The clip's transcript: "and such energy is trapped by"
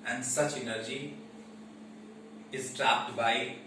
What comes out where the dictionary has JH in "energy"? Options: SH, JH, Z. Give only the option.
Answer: JH